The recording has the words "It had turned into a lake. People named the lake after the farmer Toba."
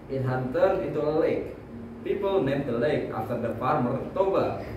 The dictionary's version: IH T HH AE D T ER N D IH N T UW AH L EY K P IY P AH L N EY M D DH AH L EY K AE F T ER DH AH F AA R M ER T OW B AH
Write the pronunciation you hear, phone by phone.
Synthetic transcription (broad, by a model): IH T HH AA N T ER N IH T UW AH L EY K P IY P AH L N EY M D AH L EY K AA F T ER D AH F AA R M ER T OW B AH